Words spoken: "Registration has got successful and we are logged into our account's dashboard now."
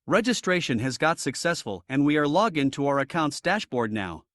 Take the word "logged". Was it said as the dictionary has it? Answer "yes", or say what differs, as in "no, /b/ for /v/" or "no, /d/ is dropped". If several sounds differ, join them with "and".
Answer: no, /d/ is dropped